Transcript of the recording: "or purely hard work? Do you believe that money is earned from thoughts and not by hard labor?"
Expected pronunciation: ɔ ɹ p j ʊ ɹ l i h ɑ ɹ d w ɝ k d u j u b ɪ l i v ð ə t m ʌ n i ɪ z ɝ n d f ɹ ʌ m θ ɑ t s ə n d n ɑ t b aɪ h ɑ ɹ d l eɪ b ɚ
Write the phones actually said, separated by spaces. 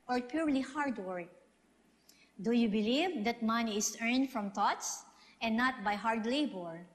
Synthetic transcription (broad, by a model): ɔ ɹ p j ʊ ɹ l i h ɑ ɹ d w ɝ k d u j u b ɪ l i v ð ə t m ʌ n i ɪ s ɝ n d f ɹ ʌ m t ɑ t s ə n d n ɑ t b aɪ h ɑ ɹ d l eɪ b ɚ